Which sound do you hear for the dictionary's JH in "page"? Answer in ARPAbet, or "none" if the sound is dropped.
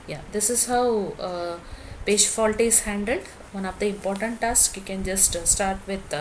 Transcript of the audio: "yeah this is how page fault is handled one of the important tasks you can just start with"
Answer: SH